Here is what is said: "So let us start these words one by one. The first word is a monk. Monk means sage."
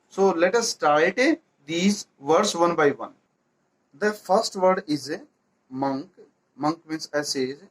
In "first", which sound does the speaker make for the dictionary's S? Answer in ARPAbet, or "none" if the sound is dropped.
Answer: S